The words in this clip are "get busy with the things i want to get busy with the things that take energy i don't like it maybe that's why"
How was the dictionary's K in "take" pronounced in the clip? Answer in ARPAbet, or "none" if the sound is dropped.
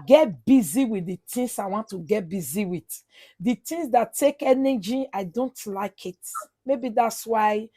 K